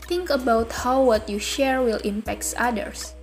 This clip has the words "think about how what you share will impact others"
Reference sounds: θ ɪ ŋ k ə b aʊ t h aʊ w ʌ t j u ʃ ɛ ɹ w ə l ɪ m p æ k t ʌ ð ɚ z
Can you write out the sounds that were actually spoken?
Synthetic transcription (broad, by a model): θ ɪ ŋ k ə b aʊ t h aʊ w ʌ t j u ʃ ɛ ɹ w ə l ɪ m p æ k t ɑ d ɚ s